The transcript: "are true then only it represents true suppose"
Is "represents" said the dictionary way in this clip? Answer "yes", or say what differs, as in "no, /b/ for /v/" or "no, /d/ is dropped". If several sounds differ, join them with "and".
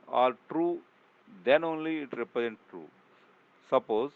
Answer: no, /s/ is dropped